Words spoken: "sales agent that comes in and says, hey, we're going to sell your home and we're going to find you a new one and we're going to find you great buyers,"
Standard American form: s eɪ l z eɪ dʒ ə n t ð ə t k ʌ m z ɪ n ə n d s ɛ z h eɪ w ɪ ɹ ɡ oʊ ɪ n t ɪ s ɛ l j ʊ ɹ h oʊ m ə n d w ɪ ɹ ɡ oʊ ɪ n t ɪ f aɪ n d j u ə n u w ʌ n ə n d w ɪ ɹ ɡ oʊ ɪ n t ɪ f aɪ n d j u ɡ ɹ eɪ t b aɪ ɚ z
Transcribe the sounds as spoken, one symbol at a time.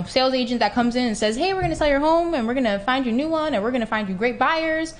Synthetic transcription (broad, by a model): s eɪ l z eɪ dʒ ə n ð ə t k ʌ m z ɪ n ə n s ɛ z h eɪ w ɪ ɹ ɡ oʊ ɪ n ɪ s ɛ l j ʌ ɹ h oʊ m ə n w ɪ ɹ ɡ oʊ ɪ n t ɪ f aɪ n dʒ ə n u w ʌ n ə n w ɪ ɹ ɡ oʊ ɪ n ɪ f aɪ n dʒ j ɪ ɡ ɹ eɪ t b aɪ ɚ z